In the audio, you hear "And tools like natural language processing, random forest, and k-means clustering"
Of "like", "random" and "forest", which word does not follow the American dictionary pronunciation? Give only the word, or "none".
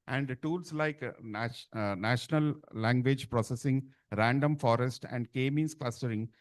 none